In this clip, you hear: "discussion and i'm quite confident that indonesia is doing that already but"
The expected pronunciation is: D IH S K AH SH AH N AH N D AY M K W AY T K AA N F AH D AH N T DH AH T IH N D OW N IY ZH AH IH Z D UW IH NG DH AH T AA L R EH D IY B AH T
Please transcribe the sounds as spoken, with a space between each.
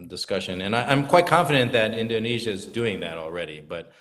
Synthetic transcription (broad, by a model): D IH S K AH SH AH N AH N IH AY M K W AY T K AA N F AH D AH N DH AH T IH N D OW N IY ZH AH IH Z D UW IH NG DH AH T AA L R EH D IY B AH T